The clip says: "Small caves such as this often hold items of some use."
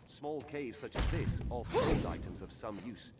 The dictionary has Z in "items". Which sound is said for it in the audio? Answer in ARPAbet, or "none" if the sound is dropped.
Z